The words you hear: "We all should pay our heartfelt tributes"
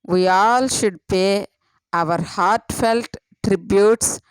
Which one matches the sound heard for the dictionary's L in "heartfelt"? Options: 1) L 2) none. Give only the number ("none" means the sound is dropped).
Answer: 1